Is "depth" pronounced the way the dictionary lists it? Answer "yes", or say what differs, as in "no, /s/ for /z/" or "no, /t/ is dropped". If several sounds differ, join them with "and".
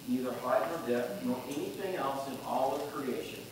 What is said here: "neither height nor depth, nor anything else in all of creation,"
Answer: no, /p/ is dropped